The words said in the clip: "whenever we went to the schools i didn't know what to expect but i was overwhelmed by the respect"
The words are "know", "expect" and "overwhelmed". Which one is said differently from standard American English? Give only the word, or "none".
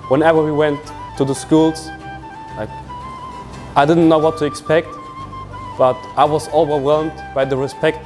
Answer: none